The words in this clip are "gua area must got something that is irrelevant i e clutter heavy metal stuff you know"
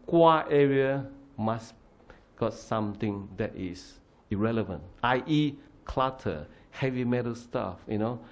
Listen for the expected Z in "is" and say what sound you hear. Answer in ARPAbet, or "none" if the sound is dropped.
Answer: S